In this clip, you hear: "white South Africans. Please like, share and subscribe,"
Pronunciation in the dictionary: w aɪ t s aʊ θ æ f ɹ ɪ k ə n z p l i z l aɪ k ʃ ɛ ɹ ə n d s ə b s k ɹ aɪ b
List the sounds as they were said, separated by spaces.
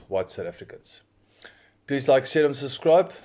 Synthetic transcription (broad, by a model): w aɪ t s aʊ t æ f ɹ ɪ k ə n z p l i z l aɪ k s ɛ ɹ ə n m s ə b s k ɹ aɪ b